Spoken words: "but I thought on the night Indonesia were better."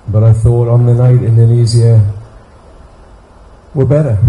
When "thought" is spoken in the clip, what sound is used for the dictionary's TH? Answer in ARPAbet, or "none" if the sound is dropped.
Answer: TH